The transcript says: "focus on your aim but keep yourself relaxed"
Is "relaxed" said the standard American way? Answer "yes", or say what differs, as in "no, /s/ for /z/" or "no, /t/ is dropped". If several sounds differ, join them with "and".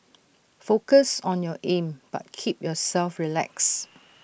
no, /t/ is dropped